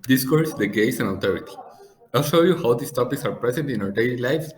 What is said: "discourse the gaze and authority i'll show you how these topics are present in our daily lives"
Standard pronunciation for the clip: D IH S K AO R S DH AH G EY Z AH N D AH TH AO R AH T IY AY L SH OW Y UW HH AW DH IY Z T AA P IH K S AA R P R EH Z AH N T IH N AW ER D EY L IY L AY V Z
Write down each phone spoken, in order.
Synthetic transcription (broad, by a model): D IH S K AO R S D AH G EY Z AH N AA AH T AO R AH T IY AY L SH OW Y UW HH AW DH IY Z T AA P IH K S AA R P R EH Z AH N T IH N AW ER D EY L IY L AY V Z